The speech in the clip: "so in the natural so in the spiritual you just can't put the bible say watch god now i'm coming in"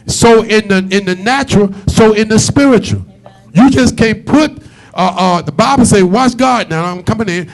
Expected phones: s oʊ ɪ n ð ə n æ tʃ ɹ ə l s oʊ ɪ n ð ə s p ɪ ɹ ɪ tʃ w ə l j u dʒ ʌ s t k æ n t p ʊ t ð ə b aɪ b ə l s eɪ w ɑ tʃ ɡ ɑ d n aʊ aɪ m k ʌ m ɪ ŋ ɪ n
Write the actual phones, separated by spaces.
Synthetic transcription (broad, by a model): s oʊ ɪ n ð ə n æ tʃ ɹ l s oʊ ɪ n ð ə s p ɪ ɹ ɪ tʃ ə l j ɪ dʒ ʌ s k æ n p ʊ t ð ə b aɪ b l s eɪ w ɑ s ɡ ɑ d n aʊ aɪ m k ʌ m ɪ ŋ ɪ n